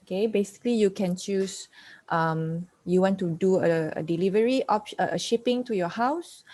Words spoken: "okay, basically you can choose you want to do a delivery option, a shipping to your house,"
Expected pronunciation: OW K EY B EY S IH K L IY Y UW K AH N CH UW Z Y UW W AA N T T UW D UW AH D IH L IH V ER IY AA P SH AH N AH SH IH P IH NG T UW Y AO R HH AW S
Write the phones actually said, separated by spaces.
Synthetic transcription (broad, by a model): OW K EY B EY S IH K L IY Y UW K AH N CH UW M Y UW W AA N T T UW D UW AH D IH L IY V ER IY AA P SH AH AH SH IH P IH NG T UW Y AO HH AW S